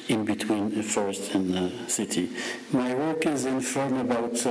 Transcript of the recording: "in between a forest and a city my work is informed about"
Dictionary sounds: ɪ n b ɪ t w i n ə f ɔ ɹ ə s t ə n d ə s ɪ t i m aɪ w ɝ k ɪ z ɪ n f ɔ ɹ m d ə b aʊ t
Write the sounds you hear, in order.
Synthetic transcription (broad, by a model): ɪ n b ɪ t w i n ə f ɔ ɹ ə s t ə n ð ə s ɪ t i m aɪ w ɝ k ɪ z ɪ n f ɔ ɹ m ə b aʊ t